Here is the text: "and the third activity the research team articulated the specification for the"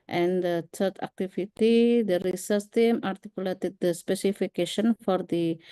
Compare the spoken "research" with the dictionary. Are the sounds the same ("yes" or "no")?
no